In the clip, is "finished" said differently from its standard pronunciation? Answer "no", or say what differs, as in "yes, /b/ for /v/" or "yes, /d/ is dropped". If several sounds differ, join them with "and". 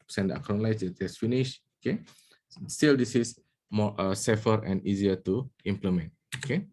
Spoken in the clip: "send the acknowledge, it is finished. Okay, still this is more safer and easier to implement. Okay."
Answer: yes, /t/ is dropped